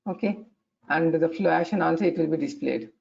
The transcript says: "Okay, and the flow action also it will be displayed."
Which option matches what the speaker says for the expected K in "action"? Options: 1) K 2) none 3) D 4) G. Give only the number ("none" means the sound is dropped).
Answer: 2